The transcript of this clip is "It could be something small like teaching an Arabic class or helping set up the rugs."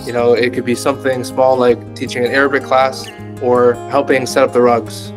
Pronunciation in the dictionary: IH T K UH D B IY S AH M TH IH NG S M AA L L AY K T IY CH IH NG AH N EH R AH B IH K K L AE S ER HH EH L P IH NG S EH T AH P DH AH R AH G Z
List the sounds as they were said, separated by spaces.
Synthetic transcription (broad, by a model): IH T K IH D B IY S AH M TH IH NG S M AA L L AY K T IY CH IH NG AH N EH R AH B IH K K L AE S ER HH EH L P IH NG S EH T AH P DH AH R AH G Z